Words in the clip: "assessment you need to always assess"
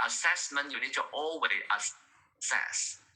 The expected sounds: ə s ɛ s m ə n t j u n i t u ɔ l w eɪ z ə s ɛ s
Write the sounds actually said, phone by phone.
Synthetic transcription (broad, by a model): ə s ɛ s m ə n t j u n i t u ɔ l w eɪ ə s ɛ s